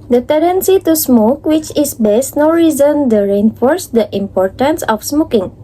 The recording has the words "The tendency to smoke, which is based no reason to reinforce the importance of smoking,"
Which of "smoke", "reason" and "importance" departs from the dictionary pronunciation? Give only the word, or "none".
none